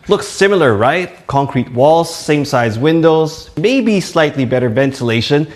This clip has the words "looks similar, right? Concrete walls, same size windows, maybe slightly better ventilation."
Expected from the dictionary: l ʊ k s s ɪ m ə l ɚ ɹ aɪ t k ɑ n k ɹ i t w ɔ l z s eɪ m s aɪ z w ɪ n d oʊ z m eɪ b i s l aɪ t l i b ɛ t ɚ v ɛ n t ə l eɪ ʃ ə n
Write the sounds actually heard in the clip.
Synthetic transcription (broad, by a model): l ʊ k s s ɪ m l ɚ ɹ aɪ t k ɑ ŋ k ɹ i t w ɔ l z s eɪ m s aɪ z w ɪ n d oʊ z m eɪ b i s l aɪ t l i b ɛ t ɚ v ɛ n t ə l eɪ ʃ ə n